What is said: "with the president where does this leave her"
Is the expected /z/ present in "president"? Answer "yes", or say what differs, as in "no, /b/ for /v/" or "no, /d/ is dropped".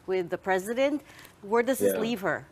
yes